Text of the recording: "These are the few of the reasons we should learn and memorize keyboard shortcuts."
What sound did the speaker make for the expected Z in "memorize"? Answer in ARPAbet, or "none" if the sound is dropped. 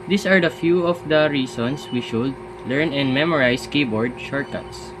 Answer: S